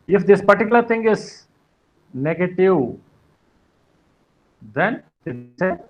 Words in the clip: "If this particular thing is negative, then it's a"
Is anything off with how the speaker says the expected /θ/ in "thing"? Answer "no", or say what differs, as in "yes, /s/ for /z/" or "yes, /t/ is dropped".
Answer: yes, /t/ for /θ/